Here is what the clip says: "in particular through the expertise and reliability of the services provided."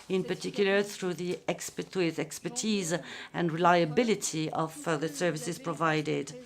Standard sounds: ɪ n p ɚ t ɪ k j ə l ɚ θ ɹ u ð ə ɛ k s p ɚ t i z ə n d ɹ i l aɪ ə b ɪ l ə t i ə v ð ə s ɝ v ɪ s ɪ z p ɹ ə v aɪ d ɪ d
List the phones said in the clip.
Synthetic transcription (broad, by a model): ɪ n p ɚ t ɪ k j ə l ɚ θ ɹ u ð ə ɛ k s p ɚ t i z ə n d ɹ i l aɪ ə b ɪ l ə t i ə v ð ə s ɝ v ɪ s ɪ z p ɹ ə v aɪ d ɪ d